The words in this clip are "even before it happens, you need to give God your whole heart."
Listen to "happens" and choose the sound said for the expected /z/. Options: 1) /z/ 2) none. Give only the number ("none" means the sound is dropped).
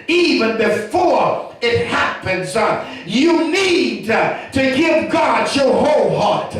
1